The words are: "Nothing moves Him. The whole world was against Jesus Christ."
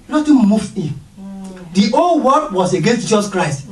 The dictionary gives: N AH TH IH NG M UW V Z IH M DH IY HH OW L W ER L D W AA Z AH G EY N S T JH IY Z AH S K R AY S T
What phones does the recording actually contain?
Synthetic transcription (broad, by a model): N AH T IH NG M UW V IH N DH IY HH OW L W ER D W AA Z AH G EY N S T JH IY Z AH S K R AY S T